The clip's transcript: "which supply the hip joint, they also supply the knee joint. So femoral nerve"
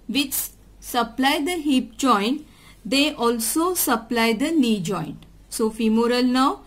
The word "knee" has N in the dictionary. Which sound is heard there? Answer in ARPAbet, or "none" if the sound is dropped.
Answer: L